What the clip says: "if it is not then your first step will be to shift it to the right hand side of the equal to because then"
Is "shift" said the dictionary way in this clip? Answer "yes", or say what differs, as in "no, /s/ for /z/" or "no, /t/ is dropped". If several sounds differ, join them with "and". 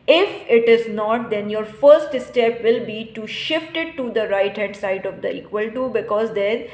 yes